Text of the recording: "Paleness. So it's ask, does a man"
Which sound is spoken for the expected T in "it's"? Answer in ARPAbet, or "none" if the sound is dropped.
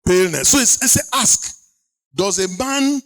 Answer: S